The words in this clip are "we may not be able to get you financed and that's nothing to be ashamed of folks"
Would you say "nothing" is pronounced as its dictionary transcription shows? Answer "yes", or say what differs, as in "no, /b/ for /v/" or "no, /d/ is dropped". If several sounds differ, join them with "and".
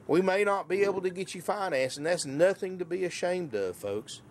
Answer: yes